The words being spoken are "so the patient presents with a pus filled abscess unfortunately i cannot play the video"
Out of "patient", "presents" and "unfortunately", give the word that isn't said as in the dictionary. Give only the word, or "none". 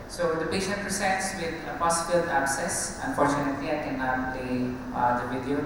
presents